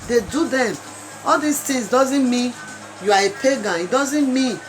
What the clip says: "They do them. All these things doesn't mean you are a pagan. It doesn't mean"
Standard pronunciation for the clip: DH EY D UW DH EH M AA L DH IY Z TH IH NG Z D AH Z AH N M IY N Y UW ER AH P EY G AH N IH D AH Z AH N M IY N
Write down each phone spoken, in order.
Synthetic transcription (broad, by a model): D EY D UW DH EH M AA L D IY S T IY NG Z D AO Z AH N M IY N Y UW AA AH P EY G AH N IH D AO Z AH N M IY N